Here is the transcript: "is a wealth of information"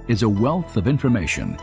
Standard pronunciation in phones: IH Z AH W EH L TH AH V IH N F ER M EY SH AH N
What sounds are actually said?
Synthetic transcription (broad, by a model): IH Z AH W EH L TH AH V IH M F ER M EY SH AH N